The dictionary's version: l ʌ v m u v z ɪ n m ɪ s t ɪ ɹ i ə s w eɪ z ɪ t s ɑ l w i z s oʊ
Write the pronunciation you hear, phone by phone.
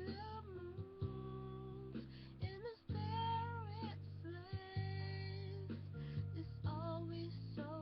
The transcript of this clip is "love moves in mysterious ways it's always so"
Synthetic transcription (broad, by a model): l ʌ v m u z ɪ n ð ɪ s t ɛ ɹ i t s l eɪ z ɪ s ɑ l w i z s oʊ